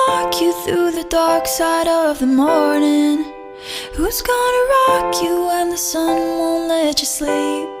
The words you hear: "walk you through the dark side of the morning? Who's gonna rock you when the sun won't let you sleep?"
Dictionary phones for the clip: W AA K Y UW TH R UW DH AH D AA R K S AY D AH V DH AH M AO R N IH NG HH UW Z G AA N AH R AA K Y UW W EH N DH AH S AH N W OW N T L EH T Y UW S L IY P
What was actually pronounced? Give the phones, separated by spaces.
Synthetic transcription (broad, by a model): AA K Y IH TH R UW DH AH D AA R K S AY D AH V DH AH M AO R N IH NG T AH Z G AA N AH R AA K Y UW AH N DH AH S AH N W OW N L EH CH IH S L IY P